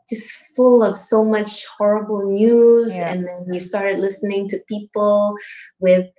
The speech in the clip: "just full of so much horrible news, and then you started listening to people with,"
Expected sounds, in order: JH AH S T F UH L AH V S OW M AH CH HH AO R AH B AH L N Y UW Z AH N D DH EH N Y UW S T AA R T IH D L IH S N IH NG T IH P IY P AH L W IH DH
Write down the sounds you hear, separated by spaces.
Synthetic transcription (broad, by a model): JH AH S T F UH L AH V S OW M AH CH HH AO R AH B L N Y UW Z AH N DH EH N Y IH S T AA R T IH D L IH S N IH NG T IH P IY P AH L W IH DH